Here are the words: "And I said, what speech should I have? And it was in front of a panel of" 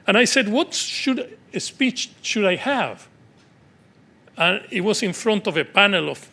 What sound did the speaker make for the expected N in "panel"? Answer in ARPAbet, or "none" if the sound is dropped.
N